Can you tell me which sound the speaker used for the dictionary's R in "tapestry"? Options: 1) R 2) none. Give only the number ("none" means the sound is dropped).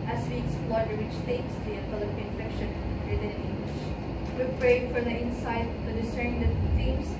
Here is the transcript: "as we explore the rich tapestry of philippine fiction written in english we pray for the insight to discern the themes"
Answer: 2